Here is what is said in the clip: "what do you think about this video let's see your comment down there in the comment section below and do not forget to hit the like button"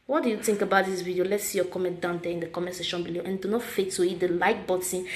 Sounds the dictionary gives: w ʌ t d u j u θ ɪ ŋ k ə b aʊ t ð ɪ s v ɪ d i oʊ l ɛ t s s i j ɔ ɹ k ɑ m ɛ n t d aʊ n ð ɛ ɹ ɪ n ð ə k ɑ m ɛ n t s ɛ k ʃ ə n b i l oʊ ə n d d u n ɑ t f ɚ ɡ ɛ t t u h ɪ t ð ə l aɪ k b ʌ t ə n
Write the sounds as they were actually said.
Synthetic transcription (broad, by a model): w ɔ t d u j u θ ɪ ŋ k ə b aʊ t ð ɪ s v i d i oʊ l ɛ t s s i j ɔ k ɑ m ɛ n t d aʊ n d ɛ ɪ n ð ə k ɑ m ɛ s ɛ ʃ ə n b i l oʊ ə n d d u n ɑ t f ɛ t t u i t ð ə l aɪ k b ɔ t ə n